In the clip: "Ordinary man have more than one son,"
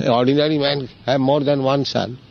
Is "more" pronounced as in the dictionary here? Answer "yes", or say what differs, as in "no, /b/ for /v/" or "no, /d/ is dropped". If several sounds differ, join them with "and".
yes